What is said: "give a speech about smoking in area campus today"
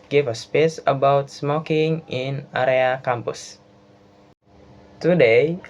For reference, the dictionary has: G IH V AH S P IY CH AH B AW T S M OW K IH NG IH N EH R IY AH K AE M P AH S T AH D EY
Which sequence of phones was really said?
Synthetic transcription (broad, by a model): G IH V AH S P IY S AH B AW T S M OW K IH NG IH N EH R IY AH K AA M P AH S T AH D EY